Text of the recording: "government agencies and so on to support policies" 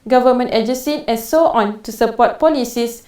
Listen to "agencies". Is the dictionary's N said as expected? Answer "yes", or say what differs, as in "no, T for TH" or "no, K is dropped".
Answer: no, N is dropped